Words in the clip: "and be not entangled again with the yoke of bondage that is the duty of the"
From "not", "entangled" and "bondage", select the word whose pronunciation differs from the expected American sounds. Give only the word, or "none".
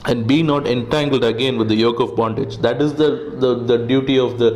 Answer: none